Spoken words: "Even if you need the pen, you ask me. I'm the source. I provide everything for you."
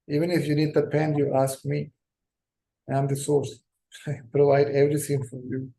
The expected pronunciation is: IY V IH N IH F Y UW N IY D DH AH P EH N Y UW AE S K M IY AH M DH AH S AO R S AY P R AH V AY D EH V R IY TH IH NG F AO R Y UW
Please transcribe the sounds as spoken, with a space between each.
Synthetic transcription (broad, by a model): IY V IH N IH F Y UW N IY D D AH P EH N Y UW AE S K M IY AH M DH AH S AO R S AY P R AH V AY D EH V R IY T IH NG F AO R Y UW